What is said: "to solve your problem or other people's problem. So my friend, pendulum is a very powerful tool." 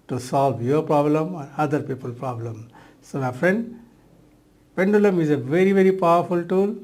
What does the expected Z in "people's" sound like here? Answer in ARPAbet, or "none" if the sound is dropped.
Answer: none